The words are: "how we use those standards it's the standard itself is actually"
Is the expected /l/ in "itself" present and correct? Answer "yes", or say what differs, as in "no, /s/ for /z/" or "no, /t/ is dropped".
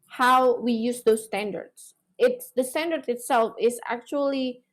yes